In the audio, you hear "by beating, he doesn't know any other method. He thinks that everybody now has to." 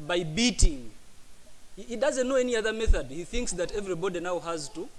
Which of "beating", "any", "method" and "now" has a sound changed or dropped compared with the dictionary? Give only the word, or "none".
none